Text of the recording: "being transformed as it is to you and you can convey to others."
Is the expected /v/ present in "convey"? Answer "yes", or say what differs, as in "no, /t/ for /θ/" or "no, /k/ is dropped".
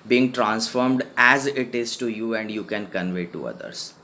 yes